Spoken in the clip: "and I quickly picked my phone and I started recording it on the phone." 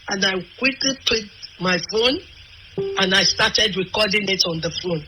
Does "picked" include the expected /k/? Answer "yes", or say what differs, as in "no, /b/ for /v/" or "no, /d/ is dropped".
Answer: no, /k/ is dropped